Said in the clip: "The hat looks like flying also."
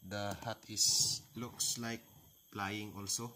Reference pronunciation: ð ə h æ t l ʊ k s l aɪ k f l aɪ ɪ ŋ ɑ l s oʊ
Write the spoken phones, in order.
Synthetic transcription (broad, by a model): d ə h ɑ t l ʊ k s l aɪ k p l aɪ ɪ ŋ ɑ l s oʊ